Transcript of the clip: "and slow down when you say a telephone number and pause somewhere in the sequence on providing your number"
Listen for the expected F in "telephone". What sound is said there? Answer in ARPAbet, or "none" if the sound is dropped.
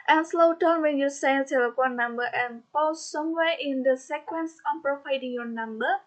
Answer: P